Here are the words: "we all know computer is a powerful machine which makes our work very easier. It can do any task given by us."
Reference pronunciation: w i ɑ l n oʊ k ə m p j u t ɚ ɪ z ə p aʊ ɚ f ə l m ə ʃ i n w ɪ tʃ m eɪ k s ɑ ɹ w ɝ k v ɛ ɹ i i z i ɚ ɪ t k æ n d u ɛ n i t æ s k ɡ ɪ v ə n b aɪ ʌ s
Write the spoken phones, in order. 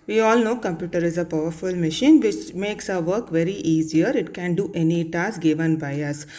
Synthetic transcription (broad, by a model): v i ɑ l n oʊ k ə m p j u t ɚ ɪ z ə p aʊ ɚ f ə l m ə ʃ i n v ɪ tʃ m eɪ k s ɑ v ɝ k v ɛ ɹ i i z i ɚ ɪ t k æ n d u ɛ n i t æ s ɡ ɪ v ə n b aɪ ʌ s